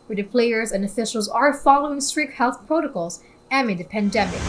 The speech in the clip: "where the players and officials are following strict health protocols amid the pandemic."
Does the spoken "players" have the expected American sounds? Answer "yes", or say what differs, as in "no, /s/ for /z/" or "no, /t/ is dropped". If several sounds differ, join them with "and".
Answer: yes